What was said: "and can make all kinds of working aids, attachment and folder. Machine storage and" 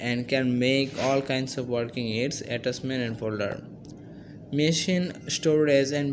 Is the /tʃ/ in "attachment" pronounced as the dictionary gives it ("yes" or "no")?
no